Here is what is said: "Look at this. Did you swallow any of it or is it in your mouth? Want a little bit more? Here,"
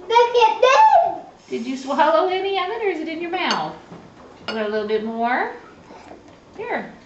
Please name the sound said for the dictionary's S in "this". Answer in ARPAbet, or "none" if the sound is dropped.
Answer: none